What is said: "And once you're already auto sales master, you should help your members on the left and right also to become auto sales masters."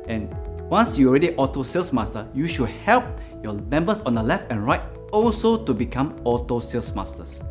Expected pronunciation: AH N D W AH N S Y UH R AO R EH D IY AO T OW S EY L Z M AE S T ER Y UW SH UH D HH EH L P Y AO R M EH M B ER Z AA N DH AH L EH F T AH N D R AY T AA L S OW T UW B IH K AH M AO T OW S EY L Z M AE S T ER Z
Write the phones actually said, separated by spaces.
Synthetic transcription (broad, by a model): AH N W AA N S Y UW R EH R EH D IY AO T OW S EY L S M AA S T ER Y UW SH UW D HH EH L P Y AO M EH M B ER S AA N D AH L EH F T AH N R AY T AA L S OW T UW B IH K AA M AO T OW S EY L S M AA S T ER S